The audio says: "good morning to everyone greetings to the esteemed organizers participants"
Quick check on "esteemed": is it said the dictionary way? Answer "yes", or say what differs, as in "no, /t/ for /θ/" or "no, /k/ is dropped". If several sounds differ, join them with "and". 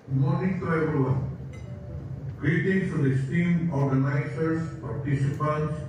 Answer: no, /d/ is dropped